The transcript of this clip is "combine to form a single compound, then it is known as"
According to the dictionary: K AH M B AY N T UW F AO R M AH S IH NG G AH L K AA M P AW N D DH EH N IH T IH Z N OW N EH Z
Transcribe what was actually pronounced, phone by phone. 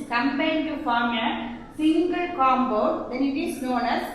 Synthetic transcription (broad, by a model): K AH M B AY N T UW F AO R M AH S IH NG G AH L K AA M B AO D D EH N IH T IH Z N OW N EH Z